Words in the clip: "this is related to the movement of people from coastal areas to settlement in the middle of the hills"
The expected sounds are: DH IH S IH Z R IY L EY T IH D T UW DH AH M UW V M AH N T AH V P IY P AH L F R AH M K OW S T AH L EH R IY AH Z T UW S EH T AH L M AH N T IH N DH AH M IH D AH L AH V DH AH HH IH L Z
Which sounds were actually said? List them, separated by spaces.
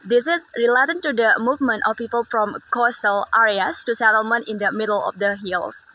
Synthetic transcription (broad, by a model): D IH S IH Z R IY L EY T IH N T UW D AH M UW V M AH N T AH F P IY P AH L F R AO M K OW S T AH L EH R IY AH S T UW S EH T AH L M AH N T IH N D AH M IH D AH L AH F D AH HH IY L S